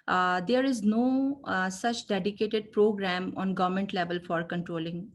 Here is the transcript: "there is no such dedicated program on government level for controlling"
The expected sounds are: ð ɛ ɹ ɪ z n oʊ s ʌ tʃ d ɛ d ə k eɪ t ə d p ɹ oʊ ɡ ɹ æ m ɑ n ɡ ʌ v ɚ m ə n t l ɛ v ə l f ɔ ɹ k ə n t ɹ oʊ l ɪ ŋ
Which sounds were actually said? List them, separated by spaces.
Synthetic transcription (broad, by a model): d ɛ ɹ ɪ z n oʊ s ʌ tʃ d ɛ d ə k eɪ t ə d p ɹ oʊ ɡ ɹ æ m ɑ n ɡ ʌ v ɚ m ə n t l ɛ v ə l f ɔ ɹ k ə n t ɹ oʊ l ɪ ŋ